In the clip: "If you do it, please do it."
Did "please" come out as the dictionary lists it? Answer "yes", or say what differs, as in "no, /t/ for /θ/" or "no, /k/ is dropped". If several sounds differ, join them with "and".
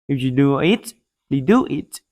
no, /z/ is dropped